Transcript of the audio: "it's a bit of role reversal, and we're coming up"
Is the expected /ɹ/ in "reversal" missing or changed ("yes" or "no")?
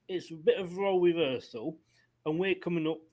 yes